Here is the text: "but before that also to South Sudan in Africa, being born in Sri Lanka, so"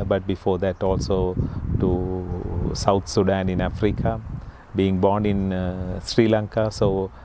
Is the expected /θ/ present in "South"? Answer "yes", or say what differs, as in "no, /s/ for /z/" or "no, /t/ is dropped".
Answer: no, /t/ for /θ/